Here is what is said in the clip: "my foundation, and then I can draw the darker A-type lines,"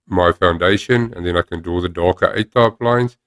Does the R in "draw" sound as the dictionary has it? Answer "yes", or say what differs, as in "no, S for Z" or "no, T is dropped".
no, R is dropped